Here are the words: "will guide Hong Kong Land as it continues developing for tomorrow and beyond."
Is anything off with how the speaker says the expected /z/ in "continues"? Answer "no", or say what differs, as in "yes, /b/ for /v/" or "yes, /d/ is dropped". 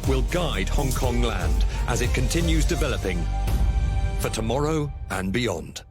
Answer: no